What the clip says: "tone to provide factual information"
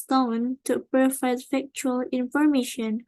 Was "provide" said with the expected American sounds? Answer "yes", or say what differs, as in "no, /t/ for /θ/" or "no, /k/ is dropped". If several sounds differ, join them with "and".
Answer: no, /f/ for /v/